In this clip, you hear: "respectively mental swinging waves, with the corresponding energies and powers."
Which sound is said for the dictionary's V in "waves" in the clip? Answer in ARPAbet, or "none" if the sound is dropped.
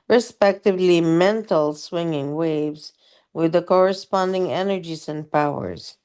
V